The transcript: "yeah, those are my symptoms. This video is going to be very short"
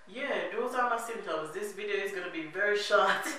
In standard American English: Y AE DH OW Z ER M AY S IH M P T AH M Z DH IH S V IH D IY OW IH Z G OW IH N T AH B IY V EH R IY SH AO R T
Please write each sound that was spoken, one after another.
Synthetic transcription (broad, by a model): Y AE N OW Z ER M AY S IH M T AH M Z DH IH S V IH D IY OW IH Z G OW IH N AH B IY V EH R IY SH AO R T